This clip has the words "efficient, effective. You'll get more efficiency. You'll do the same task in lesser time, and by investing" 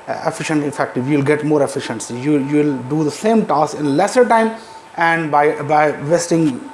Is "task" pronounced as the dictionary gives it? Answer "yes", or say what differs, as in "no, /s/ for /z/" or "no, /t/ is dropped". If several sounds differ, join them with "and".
no, /k/ is dropped